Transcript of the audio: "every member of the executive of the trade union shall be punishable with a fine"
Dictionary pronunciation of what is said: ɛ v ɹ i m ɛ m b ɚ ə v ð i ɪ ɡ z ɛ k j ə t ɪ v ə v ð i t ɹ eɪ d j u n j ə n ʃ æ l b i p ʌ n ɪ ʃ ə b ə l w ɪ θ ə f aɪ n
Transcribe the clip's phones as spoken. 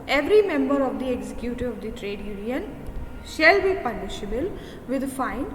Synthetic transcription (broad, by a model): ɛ v ɹ i m ɛ m b ɚ ə v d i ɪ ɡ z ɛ k j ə t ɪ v ə v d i t ɹ eɪ d j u n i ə n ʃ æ l b i p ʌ l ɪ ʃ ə b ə l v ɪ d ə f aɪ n